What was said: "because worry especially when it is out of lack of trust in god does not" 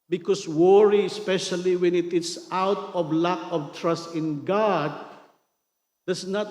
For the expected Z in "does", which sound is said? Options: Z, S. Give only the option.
S